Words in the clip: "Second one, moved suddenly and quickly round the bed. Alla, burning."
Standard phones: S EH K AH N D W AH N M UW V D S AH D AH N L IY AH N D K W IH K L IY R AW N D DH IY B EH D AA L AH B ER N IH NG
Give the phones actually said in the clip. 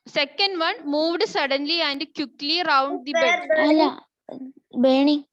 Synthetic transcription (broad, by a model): S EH K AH N D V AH N M UW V D S AH D AH N L IY AH N D K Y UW K L IY R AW N D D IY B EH AA L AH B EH N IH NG